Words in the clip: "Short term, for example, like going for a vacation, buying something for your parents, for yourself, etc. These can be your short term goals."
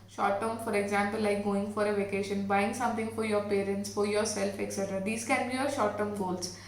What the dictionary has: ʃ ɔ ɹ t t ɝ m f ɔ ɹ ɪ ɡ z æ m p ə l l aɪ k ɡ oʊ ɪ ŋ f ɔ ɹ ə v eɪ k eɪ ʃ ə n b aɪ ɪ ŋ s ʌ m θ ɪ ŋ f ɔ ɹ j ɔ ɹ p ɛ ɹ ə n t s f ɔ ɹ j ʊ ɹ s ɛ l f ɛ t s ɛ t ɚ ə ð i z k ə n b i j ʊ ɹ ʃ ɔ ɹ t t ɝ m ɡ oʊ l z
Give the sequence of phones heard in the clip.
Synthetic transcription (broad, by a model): ʃ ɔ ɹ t t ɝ m f ɔ ɹ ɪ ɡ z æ m p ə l l aɪ k ɡ oʊ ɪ ŋ f ɔ ɹ ə v eɪ k eɪ ʃ ə n b aɪ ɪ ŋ s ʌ m t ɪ ŋ f ɔ ɹ j ɔ ɹ p ɛ ɹ ə n t s f ɔ ɹ j ʊ ɹ s ɛ l f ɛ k s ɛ t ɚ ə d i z k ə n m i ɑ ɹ ʃ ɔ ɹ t t ɝ m ɡ oʊ l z